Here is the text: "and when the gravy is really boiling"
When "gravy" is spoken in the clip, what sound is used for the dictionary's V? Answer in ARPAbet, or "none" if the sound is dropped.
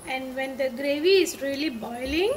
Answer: V